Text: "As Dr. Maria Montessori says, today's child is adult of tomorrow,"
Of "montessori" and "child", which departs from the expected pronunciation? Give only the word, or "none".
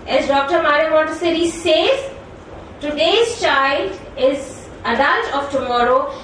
montessori